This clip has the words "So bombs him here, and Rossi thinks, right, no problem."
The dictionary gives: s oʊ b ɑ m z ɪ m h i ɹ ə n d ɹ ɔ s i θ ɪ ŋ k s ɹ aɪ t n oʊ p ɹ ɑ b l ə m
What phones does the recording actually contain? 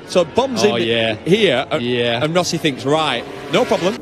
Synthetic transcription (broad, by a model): s oʊ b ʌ m z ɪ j h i ɹ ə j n ɹ ɔ s i θ ɪ ŋ k s ɹ aɪ t n oʊ p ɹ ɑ b l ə m